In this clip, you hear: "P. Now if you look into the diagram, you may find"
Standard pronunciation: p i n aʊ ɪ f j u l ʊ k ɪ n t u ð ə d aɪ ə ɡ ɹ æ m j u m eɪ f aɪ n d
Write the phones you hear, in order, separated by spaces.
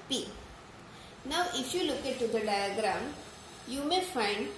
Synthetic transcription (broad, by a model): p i n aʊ ɪ f j u l ʊ k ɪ t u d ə d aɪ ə ɡ ɹ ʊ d j u m eɪ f aɪ n d